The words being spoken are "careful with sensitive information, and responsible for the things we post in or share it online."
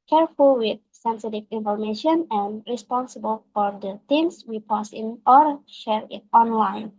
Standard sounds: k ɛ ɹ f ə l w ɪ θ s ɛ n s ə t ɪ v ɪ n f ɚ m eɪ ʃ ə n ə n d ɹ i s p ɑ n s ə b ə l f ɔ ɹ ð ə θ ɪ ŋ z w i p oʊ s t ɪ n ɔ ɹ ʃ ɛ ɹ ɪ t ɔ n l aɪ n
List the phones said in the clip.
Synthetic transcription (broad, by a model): k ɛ ɹ f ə l w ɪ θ s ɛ n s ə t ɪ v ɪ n f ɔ m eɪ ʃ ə n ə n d ɹ i s p ɑ n s ə b ə l f ɔ ɹ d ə t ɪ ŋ s w i p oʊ s ɪ n ɔ ɹ ʃ ɛ ɹ ɪ t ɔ n l aɪ n